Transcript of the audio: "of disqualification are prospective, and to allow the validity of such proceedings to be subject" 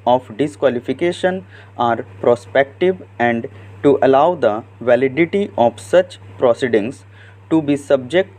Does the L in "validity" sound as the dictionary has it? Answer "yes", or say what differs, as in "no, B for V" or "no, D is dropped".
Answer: yes